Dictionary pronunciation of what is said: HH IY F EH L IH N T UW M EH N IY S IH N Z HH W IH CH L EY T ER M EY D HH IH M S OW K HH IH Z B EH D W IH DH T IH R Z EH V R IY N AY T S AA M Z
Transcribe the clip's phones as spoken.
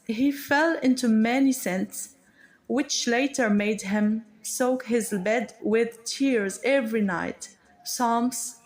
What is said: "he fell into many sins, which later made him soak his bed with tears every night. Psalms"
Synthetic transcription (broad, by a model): HH IY F EH L IH N T UW M EH N IY S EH N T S W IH CH L EY T ER M EY D HH IH M S OW K HH IH Z B EH D W IH DH T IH R Z EH V R IY N AY T S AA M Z